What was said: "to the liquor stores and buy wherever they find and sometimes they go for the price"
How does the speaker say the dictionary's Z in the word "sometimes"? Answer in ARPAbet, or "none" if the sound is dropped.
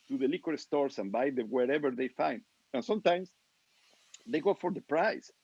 S